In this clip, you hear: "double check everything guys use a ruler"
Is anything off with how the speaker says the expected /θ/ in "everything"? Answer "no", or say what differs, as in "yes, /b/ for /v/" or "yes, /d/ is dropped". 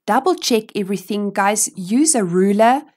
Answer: no